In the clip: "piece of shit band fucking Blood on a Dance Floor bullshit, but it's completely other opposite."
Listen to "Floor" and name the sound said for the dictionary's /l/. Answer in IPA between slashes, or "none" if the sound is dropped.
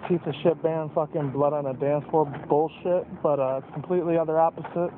none